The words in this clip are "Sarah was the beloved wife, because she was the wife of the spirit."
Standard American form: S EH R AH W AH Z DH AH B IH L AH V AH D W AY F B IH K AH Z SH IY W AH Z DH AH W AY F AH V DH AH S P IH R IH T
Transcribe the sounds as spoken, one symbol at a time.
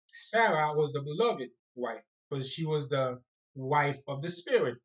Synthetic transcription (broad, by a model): S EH R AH W AH Z DH AH B IH L AH V AH D W AY F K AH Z SH IY W AH Z DH AH W AY F AH V DH AH S P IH R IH T